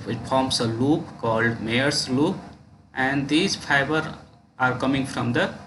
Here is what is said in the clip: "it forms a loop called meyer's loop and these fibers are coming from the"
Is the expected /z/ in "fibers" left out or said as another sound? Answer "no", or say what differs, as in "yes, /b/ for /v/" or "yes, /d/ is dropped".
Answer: yes, /z/ is dropped